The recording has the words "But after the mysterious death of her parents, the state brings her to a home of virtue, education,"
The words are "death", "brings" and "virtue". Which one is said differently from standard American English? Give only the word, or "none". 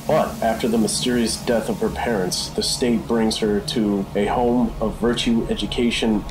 none